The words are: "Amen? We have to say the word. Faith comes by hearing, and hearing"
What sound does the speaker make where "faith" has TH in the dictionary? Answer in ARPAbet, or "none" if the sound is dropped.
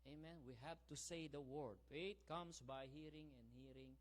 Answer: T